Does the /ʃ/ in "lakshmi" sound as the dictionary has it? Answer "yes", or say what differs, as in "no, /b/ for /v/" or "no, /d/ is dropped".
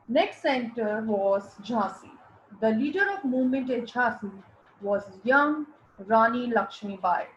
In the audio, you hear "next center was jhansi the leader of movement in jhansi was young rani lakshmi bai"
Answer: yes